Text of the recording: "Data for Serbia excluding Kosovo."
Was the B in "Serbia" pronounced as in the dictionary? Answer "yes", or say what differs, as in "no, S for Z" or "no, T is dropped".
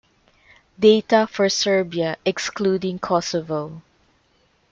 yes